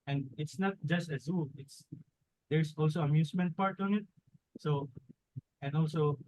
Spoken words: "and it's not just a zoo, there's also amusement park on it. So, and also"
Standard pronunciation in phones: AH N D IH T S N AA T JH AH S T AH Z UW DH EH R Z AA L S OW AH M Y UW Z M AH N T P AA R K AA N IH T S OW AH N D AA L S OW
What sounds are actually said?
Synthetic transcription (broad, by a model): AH N D IH T S N AA T JH AH S T AH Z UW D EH R S AA L S OW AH M Y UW S M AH N T P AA R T AA N IH T S OW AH N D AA L S OW